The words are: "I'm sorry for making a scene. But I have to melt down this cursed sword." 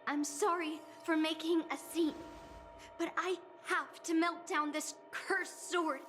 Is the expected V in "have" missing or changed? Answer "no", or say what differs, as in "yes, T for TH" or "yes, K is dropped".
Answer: yes, F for V